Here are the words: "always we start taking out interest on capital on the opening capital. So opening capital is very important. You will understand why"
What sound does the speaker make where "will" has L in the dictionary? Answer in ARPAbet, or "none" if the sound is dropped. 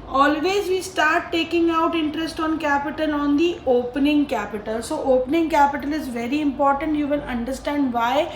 N